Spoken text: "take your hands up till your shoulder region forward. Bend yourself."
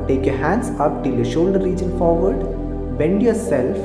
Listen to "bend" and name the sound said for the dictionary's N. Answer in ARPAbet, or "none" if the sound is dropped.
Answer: N